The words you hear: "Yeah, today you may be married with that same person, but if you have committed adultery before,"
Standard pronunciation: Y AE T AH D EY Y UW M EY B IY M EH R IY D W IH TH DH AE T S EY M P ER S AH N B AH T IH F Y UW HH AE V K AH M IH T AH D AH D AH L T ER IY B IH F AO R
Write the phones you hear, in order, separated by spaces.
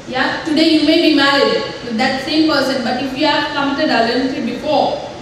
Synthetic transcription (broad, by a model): Y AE T AH D EY Y UW M EY B IY M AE R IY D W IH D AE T S EY M P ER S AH N B AH T IH F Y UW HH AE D K AH M IH T AH D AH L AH N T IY B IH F AO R